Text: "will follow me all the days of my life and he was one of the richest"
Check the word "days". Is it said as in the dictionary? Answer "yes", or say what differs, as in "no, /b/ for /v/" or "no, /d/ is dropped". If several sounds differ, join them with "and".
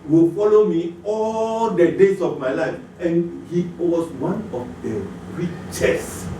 no, /s/ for /z/